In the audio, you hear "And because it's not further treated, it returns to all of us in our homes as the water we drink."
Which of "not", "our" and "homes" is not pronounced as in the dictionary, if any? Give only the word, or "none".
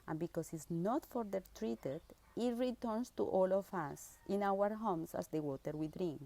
homes